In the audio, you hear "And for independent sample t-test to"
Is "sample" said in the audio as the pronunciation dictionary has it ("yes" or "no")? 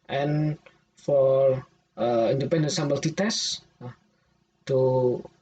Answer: no